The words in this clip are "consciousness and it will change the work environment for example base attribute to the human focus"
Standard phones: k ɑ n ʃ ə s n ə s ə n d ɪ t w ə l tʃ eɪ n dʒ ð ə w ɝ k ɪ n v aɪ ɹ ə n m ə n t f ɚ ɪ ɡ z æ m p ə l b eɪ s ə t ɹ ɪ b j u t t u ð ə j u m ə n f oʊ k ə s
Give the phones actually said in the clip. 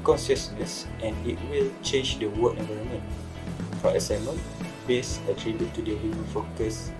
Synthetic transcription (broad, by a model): k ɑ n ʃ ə s n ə s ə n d ɪ t w ə l tʃ eɪ n dʒ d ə w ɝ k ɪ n v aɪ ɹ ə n m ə n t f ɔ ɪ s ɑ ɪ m ə n b eɪ s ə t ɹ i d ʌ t t u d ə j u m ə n f oʊ k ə s